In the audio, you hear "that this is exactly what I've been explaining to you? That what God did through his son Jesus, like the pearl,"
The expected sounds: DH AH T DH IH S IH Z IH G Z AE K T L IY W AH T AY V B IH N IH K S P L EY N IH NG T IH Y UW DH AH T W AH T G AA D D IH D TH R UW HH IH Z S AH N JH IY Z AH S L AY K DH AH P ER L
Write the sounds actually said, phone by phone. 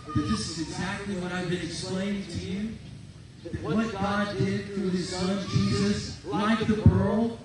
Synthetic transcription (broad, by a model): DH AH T DH IH S IH Z IH G Z AE K T L IY W AH T AY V B IH N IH K S P L EY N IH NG T IH Y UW DH AH T W AH T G AA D D IH D TH R UW IH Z S AH N JH IY Z AH S L AY K DH AH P ER L